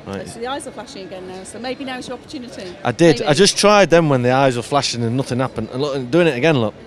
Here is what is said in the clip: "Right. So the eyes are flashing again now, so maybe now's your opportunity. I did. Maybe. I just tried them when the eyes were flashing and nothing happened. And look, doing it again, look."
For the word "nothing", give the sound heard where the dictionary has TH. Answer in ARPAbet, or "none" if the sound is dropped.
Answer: TH